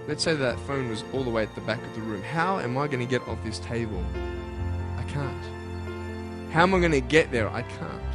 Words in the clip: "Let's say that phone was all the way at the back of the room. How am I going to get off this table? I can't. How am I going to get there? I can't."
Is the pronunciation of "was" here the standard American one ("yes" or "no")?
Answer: yes